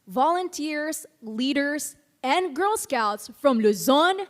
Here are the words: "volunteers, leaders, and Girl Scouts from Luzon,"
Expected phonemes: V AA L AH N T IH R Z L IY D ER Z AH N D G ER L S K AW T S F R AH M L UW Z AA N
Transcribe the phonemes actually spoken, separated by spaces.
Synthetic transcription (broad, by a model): V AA L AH N T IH R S L IY D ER S AH N D G ER L S K AW T S F R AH M L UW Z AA N